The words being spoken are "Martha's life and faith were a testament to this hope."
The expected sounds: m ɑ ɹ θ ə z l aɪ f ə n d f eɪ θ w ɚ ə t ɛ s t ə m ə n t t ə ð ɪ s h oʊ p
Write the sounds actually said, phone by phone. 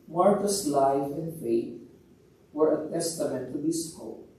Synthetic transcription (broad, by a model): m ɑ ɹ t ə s l aɪ f ə n d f eɪ t w ɚ ə t ɛ s t ə m ə n t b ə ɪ s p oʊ